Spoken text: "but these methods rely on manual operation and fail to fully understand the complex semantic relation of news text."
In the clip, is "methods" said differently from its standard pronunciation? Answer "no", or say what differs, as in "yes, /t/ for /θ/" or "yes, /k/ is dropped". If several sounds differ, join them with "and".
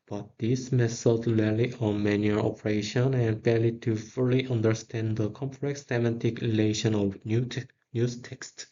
yes, /s/ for /θ/